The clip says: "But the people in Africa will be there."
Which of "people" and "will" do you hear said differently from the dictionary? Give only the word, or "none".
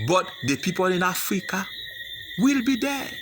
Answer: none